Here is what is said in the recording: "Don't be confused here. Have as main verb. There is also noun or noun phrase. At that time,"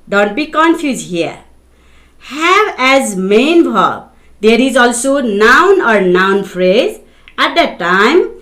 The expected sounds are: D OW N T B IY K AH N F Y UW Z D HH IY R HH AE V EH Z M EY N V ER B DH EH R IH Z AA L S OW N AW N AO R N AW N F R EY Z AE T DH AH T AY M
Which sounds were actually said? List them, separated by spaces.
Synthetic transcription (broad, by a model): D OW N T B IY K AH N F Y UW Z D HH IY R HH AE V EH Z M EY N B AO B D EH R IH Z AA L S OW N AW N AO R N AW N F R EY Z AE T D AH T AY M